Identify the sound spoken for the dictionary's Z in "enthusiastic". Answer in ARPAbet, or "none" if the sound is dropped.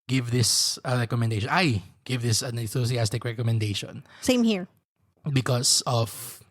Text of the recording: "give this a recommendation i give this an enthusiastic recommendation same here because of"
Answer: S